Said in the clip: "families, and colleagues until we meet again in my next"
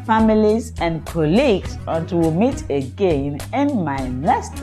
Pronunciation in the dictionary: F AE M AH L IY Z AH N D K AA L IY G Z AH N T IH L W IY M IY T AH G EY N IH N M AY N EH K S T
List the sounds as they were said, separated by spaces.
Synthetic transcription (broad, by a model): F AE M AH L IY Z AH N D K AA L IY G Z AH T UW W M IY T AH G EY N IH N M AY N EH S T